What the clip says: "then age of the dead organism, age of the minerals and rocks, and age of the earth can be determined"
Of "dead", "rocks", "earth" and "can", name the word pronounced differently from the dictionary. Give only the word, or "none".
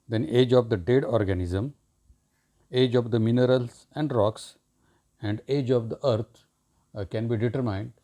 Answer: earth